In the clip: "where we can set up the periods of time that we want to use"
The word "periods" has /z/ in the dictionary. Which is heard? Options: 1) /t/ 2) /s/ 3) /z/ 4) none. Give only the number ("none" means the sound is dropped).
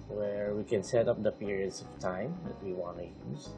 2